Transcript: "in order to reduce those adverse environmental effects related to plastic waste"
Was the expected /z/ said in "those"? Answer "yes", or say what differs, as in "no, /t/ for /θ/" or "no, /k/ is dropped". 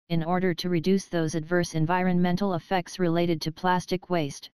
yes